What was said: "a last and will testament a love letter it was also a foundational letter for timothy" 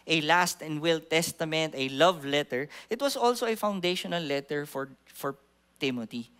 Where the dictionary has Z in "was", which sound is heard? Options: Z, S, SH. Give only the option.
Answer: S